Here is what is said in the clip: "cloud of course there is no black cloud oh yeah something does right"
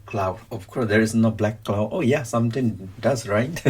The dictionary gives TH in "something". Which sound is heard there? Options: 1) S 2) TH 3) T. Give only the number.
3